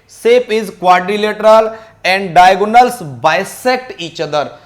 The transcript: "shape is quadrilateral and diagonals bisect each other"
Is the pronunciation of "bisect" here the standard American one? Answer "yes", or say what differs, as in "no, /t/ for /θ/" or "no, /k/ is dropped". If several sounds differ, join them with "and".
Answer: yes